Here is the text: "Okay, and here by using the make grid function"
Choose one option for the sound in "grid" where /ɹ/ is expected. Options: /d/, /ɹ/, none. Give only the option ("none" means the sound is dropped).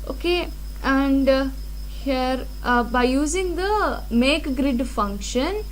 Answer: /ɹ/